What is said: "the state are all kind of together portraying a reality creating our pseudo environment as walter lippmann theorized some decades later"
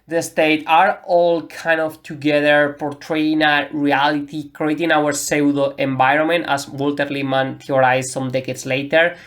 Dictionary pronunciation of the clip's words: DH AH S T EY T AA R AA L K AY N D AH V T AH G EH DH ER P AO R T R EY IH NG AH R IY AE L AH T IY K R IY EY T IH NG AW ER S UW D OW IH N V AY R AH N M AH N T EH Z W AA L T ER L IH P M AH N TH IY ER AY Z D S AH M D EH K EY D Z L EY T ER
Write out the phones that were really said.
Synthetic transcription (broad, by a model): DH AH S T EY T AA R AA L K AY N D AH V T AH G EH DH ER P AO R T R EY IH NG AH R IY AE L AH T IY K R IY EY T IH NG AW ER S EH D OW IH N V AY R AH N M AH N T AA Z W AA L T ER L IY M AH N T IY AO AY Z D S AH M D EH K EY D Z L EY T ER